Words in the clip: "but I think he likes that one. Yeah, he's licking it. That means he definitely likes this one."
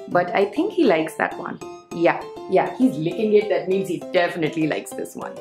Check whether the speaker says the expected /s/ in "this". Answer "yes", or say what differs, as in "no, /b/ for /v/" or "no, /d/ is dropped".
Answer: yes